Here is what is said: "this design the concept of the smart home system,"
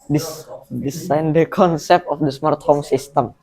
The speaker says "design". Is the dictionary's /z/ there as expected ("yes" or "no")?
no